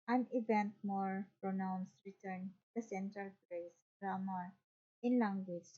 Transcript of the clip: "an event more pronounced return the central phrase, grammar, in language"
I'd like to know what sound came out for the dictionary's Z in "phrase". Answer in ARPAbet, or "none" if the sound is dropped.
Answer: S